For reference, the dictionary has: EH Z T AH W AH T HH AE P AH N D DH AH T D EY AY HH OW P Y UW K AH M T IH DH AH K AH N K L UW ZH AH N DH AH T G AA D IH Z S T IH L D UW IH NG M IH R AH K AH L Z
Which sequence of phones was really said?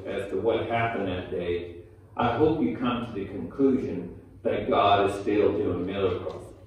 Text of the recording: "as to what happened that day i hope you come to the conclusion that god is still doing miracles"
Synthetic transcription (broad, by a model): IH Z T AH W AH T HH AE P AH N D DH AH T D EY AY HH OW P Y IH K AH M T IH DH AH K AH N K L UW ZH AH N DH AH T G AA D IH Z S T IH L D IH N M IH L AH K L